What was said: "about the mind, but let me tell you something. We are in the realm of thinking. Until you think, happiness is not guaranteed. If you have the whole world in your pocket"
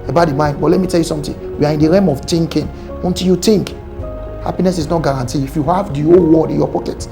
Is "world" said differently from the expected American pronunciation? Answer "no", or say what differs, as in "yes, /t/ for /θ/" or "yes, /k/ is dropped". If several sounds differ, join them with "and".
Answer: yes, /l/ is dropped